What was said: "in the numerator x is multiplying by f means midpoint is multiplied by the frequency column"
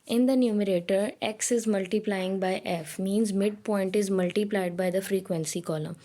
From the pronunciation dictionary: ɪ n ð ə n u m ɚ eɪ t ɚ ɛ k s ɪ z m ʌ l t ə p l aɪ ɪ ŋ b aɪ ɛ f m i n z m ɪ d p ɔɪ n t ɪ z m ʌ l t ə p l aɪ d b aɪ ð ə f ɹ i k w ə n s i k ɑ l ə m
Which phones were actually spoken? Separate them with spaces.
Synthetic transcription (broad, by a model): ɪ n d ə n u m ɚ eɪ t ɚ ɛ k s ɪ z m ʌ l t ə p l aɪ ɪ ŋ b aɪ ɛ f m i n z m ɪ d p ɔɪ n t ɪ z m ʌ l t ə p l aɪ d b aɪ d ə f ɹ i k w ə n s i k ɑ l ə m